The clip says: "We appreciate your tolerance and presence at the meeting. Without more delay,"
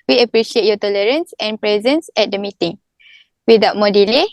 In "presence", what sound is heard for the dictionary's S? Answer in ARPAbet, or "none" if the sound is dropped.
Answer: S